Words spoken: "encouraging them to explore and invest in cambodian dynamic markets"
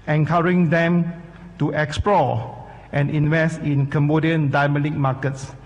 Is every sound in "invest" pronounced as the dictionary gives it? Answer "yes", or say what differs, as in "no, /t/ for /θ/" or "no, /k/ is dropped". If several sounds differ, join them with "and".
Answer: yes